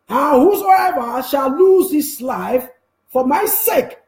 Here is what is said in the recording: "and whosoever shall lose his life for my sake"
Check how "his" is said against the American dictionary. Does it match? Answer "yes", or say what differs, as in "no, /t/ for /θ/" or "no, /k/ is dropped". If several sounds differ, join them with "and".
no, /s/ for /z/